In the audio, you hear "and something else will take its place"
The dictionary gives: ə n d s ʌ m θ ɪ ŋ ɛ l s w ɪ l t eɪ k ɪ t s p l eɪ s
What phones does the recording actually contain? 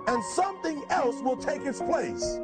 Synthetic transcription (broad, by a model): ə n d s ʌ m θ ɪ ŋ ɛ l s w ɪ l t eɪ k ɪ t s p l eɪ s